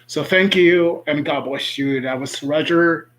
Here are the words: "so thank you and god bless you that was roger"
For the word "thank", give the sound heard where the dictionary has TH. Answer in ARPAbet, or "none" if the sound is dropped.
TH